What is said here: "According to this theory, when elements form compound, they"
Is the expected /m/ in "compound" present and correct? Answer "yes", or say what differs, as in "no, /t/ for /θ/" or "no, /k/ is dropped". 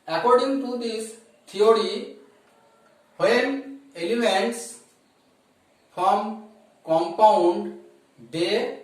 yes